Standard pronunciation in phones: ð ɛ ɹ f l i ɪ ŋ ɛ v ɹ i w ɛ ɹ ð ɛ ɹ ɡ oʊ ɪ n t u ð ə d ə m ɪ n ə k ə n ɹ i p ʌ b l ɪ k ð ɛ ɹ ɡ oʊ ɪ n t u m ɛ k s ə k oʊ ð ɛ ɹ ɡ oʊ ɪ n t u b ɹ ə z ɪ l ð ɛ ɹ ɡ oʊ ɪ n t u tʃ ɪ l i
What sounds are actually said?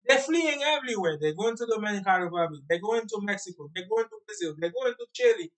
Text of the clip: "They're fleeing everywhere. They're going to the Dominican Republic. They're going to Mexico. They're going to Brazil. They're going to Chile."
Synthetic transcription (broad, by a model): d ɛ f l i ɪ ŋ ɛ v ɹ i w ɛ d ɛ ɡ oʊ ɪ n t u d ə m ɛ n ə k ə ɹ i b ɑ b ɪ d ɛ ɡ oʊ ɪ n t u m ɛ k s ə k oʊ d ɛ ɡ oʊ ɪ n t u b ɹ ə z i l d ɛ ɡ oʊ ɪ n t u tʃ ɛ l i